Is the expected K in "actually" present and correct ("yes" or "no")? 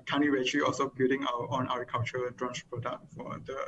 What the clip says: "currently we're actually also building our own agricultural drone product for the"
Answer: no